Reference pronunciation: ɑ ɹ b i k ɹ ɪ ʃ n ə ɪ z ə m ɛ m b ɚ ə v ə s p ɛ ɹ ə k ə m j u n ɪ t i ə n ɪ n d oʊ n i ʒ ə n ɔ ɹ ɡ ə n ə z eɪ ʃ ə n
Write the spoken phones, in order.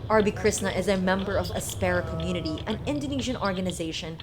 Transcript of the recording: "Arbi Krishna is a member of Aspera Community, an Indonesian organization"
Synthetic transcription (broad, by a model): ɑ ɹ b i k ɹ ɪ s n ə ɪ z ə m ɛ m b ɚ ə v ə s p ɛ ɹ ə k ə m j u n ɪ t i ə n ɪ n d oʊ n i ʒ ə n ɔ ɹ ɡ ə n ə z eɪ ʃ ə n